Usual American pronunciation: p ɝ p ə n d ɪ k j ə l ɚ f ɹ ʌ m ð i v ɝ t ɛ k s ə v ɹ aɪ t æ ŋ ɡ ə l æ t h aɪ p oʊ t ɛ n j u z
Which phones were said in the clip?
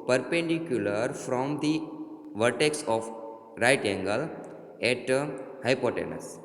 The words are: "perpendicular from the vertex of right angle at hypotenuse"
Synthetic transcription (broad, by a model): p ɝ p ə n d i k j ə l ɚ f ɹ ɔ m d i v ɝ t ɛ k s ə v ɹ aɪ t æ ŋ ɡ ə l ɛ t h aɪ p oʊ t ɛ n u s